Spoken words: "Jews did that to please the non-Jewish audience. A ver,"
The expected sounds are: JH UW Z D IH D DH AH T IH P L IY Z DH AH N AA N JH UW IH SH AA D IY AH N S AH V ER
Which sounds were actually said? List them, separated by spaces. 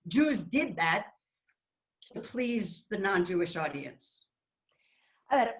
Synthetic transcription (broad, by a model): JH UW Z D IH D DH AH T IH P L IY Z DH AH N AA N JH UW IH SH AA D IY AH N S AH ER